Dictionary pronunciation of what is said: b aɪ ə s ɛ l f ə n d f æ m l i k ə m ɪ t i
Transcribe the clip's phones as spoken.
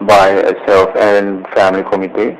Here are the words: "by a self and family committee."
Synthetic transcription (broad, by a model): b aɪ ə s ɛ l f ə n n f æ m l i k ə m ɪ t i